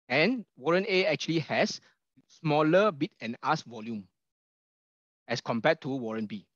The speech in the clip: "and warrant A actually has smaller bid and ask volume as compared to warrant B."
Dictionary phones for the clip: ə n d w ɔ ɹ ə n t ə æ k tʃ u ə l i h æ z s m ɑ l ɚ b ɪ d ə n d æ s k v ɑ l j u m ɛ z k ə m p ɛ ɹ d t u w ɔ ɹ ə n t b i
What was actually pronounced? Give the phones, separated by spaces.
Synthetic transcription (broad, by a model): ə n w ɔ ɹ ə n ə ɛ k tʃ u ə l i h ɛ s s m ɑ l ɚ b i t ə n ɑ s v ɑ l j u m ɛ s k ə m p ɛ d t u w ɔ ɹ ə n b i